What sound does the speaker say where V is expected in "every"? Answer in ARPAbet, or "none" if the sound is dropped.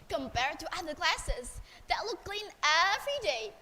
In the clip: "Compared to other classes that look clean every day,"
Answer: F